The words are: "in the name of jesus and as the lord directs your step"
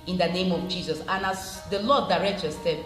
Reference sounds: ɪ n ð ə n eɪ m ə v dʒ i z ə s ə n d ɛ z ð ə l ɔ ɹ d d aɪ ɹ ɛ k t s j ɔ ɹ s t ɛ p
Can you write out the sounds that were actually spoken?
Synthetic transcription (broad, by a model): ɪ n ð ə n eɪ m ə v dʒ i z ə s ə n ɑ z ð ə l ɔ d d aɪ ɹ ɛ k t j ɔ s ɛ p